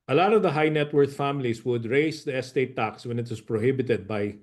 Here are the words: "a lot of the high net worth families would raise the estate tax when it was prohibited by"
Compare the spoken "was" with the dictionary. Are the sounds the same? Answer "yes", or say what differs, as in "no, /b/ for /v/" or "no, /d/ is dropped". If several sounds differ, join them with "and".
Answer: no, /s/ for /z/